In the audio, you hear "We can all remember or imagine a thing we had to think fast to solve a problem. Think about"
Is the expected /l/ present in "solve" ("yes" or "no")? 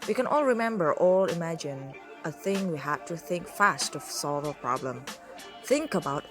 yes